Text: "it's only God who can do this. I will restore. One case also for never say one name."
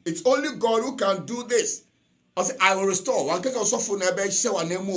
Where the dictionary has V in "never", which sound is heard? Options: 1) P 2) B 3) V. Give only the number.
2